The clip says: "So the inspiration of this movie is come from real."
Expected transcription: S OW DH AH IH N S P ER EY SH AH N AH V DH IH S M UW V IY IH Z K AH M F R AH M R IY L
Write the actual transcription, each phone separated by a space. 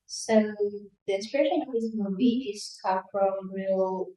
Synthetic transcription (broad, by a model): S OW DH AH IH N S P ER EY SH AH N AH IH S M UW B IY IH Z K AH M F R AH M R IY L